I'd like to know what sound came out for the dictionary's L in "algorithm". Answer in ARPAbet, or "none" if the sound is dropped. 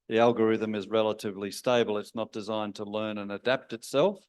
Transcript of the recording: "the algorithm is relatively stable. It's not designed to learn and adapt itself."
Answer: L